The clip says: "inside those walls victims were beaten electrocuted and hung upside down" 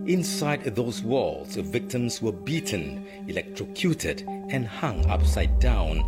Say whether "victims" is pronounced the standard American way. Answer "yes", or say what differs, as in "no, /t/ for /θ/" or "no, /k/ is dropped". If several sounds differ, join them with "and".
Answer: yes